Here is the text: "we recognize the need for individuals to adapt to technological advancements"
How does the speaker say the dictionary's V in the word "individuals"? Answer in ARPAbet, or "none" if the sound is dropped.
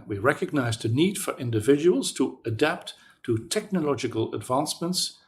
V